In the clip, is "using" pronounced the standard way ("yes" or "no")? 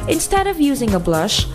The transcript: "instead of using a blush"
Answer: yes